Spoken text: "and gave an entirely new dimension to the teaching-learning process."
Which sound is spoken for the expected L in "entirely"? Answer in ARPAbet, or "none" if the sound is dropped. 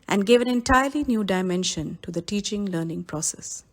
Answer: L